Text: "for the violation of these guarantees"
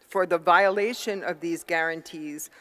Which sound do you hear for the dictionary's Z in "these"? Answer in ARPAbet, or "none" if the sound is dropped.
Z